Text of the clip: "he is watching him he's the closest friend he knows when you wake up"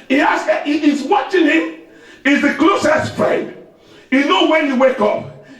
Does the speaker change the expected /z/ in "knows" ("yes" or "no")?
yes